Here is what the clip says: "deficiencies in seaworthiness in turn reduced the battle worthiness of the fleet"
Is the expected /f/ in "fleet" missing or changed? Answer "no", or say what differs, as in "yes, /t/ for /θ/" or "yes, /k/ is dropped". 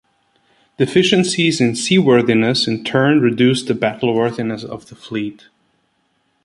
no